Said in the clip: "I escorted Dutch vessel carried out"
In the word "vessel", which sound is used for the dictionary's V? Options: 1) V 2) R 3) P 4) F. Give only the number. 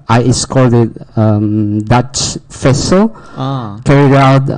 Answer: 4